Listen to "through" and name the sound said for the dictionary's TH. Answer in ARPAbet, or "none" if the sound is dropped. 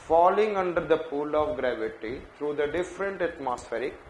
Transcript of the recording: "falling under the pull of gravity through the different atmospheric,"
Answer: T